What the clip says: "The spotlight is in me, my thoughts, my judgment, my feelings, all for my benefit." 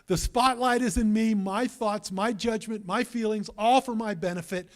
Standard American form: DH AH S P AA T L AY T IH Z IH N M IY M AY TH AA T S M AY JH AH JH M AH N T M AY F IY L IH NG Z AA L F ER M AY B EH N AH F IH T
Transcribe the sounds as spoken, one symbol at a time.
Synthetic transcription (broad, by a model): DH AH S P AA T L AY T IH Z IH N M IY M AY TH AA T S M AY JH AH JH M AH N M AY F IY L IH NG Z AA L F ER M AY B EH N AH F IH T